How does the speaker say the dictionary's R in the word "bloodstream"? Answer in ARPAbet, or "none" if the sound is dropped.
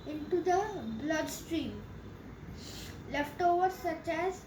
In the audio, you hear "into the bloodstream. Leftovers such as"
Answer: R